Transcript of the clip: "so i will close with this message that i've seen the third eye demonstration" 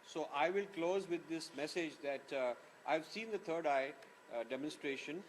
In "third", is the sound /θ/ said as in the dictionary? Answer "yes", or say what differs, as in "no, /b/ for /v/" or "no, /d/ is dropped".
no, /t/ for /θ/